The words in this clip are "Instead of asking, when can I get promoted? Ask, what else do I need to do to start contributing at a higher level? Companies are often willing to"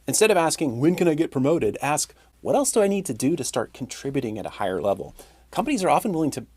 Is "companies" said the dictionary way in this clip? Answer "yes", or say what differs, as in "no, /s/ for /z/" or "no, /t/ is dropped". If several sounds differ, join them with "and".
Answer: yes